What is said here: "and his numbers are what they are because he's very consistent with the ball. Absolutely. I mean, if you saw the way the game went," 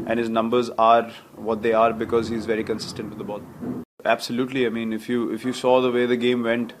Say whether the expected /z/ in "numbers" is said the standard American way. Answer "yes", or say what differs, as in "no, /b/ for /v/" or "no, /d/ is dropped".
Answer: yes